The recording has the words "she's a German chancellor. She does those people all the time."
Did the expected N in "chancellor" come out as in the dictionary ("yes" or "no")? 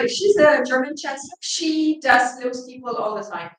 no